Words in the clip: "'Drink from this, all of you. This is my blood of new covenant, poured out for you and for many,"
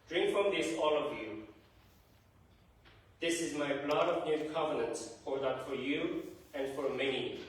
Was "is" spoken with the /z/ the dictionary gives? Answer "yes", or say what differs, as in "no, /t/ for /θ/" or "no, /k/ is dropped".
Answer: yes